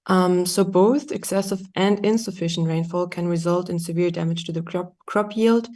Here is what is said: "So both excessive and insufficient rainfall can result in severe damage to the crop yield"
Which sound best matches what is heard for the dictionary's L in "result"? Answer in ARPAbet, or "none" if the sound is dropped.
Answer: L